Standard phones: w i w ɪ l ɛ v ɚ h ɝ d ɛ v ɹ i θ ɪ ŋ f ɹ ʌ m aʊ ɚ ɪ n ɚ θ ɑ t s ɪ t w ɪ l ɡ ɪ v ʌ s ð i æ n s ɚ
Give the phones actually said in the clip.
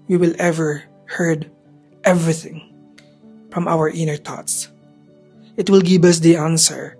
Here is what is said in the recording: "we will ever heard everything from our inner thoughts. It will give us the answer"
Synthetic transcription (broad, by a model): w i w ɪ l ɛ v ɚ h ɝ d ɛ v ɹ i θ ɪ ŋ f ɹ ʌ m aʊ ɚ ɪ n ɚ t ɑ t s ɪ t w ɪ l ɡ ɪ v ʌ s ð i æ n s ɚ